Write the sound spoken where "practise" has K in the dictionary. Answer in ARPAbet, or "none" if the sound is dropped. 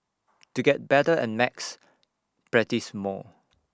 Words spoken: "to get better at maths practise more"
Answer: none